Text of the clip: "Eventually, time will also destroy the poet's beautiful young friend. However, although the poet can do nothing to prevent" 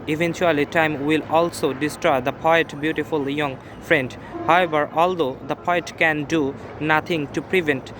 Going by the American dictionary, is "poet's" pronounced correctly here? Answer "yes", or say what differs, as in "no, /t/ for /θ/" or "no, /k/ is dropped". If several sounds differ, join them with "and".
no, /s/ is dropped